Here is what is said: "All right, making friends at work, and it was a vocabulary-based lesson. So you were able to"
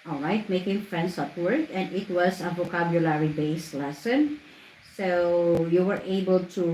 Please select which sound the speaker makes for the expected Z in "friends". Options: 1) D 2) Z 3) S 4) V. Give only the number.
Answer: 3